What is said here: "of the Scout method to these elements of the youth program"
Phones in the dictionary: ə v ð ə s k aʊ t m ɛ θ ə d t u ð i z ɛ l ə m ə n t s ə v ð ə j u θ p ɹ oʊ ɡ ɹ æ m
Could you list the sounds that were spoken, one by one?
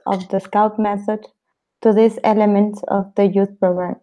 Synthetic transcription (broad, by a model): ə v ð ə s k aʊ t m ɛ θ ə d t u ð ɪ s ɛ l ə m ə n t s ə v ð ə j u θ p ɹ oʊ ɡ ɹ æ m